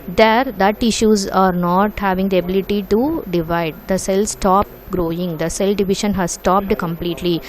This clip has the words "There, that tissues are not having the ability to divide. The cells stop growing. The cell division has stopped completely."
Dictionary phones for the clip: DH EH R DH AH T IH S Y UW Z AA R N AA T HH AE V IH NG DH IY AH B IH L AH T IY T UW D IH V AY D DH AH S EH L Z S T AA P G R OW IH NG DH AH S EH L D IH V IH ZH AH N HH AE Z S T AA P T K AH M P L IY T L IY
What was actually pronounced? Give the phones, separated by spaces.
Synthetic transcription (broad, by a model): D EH R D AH T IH SH Y UW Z AA R N AA T HH AE V IH NG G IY AH B IH L AH T IY T UW D IH V AY D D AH S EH L S T AA P G R OW IH NG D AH S EH L D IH V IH SH AH N HH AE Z S T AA P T K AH M P L IY T L IY